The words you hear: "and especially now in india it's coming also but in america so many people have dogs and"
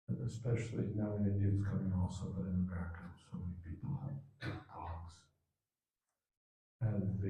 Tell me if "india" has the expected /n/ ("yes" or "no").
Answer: no